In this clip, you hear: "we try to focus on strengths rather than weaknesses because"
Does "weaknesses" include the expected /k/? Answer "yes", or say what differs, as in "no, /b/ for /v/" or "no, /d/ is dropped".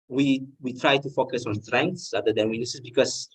no, /k/ is dropped